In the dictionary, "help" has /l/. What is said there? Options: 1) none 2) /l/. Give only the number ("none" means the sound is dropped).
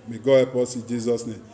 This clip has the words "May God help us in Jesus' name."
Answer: 1